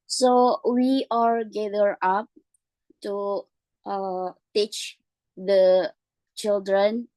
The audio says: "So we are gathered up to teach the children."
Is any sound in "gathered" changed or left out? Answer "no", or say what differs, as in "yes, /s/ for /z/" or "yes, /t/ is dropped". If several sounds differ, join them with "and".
yes, /d/ is dropped